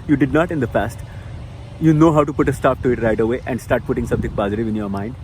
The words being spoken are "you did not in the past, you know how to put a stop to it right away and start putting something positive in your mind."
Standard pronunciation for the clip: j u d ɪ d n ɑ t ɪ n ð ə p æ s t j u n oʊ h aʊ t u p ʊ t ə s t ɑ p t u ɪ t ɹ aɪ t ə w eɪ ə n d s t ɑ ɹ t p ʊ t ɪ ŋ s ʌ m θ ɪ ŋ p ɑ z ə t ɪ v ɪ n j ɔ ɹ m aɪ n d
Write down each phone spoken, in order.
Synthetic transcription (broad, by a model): j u d ɪ d n ɑ t ɪ n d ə f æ s t j u n oʊ h aʊ t u p ʊ t ə s t ɑ p t u ɪ t ɹ aɪ t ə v eɪ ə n d s t ɑ ɹ t p ʊ t ɪ ŋ s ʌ m t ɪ ŋ p ɑ z ə t ɪ v ɪ n j ɔ ɹ m aɪ n d